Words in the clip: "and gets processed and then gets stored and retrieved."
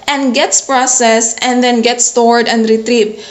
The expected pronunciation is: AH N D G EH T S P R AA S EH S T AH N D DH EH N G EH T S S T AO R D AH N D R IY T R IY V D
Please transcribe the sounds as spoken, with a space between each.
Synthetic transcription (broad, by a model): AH N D G EH T S P R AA S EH S AH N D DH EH N G EH T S S T AO R D AH N D R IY T R IY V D